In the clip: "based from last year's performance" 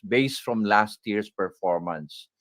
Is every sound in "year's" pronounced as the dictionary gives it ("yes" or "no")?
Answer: no